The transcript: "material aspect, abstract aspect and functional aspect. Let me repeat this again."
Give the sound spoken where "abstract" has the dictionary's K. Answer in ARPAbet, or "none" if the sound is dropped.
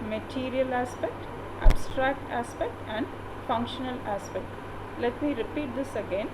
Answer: K